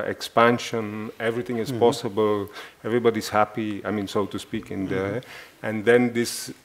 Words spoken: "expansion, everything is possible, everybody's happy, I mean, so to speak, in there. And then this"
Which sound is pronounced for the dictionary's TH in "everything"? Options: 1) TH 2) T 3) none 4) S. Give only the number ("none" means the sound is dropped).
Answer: 2